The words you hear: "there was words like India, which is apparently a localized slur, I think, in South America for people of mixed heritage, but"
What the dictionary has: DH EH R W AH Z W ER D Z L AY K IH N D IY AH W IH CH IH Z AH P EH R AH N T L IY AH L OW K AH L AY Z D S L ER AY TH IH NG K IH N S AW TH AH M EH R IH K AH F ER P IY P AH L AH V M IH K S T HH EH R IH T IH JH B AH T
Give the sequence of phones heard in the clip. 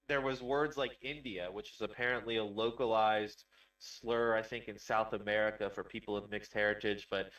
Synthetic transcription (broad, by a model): DH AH R W AH Z W ER D Z L AY K IH N D IY AH W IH CH IH Z AH P EH R AH N T L IY AH L OW K AH L AY Z D S L ER AY TH IH NG K IH N S AW TH AH M EH R IH K AH F ER P IY P L AH V M IH K S T HH EH R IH T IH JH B AH T